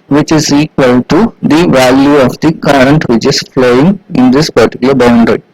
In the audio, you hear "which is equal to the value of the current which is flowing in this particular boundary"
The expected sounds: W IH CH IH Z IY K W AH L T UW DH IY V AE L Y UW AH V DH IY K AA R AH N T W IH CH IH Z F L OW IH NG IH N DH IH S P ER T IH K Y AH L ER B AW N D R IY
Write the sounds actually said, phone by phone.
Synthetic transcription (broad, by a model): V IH CH IH Z IY K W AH L T UW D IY V AE L Y UW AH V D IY K AA R AH N T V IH CH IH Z F L OW IH NG IH N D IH S P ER T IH K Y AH L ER B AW N D R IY